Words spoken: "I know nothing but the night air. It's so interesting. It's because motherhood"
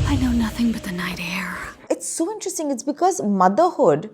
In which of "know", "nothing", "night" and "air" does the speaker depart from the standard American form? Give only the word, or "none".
none